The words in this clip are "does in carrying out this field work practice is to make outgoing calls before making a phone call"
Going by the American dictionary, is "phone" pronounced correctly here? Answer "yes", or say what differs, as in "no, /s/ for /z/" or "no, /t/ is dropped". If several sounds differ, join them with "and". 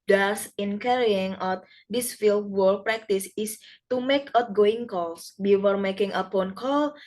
no, /p/ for /f/